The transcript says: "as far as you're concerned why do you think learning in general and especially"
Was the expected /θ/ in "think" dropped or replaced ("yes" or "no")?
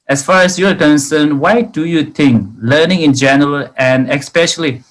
yes